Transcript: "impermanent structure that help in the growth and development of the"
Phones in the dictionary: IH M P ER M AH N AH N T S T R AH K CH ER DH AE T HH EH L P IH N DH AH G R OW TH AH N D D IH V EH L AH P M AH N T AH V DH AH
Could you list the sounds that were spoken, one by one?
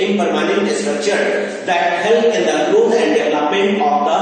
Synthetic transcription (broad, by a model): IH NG P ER M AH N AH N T S T R AH K CH ER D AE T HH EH L IH N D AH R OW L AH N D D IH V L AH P AH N AH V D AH